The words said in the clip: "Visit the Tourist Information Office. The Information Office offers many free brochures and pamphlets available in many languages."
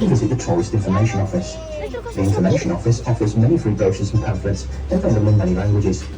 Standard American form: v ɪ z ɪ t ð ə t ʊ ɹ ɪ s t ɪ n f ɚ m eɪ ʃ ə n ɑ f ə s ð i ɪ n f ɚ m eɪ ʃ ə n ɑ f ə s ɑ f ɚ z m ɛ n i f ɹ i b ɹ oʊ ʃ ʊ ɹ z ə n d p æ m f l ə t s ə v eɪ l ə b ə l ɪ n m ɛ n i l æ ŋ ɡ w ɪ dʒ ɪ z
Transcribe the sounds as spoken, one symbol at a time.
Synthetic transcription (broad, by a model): v ɪ z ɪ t ð ə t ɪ l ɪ s t ɪ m f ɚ m eɪ ʃ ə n ɑ f ə s ð i ɪ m f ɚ m eɪ ʃ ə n ɑ f ə s ɑ f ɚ z m ɛ n i f ɹ i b oʊ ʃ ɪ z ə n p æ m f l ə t s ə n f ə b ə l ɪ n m ɛ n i l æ ŋ ɡ w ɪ dʒ ɪ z